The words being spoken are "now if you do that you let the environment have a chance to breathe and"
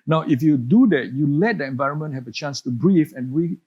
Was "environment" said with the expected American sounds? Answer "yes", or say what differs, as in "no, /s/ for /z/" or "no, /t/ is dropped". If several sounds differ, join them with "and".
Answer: yes